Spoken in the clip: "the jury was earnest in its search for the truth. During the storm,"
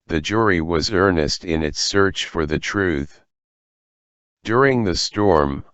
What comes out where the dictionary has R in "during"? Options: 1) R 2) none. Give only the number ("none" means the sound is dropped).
1